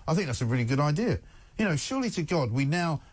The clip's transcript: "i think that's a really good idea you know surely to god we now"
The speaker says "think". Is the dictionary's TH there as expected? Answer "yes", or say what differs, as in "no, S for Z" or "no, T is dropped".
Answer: yes